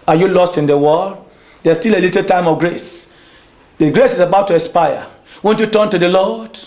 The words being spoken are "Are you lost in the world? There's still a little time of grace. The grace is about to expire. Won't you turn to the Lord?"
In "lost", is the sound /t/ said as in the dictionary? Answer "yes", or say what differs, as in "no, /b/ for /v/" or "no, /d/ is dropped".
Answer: yes